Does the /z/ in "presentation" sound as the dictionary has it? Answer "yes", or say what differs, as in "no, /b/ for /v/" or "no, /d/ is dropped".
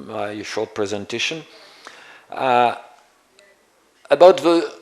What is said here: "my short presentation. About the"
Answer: yes